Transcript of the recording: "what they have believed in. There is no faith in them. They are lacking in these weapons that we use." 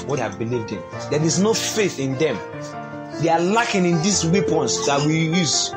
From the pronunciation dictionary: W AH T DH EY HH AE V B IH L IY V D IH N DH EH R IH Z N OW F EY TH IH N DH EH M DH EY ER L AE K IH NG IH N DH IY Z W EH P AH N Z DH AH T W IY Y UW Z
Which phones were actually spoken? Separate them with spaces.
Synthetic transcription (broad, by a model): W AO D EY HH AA V B IH L IY V D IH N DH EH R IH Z N OW F EY TH IH N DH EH M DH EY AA L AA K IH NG IH N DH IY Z W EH P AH N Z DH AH T W IY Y UW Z